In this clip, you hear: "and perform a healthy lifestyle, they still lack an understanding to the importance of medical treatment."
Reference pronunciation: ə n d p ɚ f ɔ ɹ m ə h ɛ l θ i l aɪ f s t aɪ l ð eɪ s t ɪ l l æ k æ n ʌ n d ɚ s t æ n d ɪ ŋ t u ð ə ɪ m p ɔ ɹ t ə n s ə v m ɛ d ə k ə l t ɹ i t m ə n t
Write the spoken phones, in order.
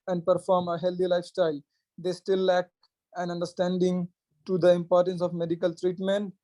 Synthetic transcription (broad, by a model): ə n d p ɚ f ɔ ɹ m ə h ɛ l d i l aɪ f s t aɪ l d eɪ s t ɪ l l æ k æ n ʌ n d ɚ s t æ n d ɪ ŋ t u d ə ɪ m p ɔ ɹ t ə n s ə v m ɛ d ə k ə l t ɹ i t m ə n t